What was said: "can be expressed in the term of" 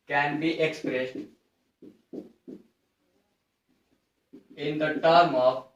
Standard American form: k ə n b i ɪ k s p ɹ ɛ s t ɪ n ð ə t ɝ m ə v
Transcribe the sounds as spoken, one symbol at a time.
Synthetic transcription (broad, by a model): k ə n b i ɪ k s p ɹ ɛ s t ɪ n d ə t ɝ m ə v